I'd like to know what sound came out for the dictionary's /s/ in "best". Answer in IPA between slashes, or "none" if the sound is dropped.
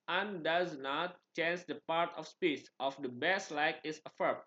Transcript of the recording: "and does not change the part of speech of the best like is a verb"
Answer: /s/